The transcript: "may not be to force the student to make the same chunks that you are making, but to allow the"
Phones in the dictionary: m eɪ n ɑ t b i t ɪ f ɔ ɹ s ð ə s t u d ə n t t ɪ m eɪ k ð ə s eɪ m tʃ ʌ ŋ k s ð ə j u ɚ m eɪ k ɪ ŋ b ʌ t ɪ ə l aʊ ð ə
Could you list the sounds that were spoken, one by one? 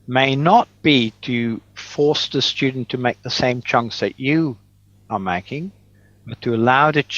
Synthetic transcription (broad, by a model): m eɪ n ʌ t b i t ɪ f ɔ ɹ s ð ə s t u d n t t ɪ m eɪ k ð ə s eɪ m tʃ ʌ ŋ k s ð ə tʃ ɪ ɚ m eɪ k ɪ ŋ b ʌ t ɪ ə l aʊ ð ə